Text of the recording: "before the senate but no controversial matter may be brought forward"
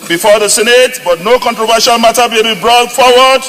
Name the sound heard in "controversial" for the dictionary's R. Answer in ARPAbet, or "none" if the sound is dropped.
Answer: R